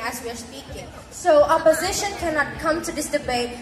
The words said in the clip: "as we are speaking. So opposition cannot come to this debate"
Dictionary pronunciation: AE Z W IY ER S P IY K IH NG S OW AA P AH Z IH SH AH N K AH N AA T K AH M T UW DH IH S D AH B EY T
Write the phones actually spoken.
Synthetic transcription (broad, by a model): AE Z W IY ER S P IY K IH NG S OW AA P AH Z IH SH AH N K AH N AA T K AH M T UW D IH S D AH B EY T